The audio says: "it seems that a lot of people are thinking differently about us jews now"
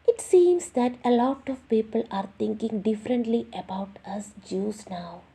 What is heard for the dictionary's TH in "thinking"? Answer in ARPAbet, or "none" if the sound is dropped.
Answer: T